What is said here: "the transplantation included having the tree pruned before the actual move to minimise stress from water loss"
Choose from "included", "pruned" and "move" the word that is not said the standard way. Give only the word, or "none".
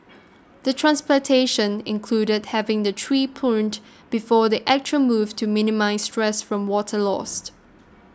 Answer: pruned